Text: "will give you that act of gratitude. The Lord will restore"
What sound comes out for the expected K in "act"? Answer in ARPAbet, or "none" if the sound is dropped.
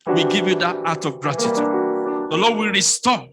none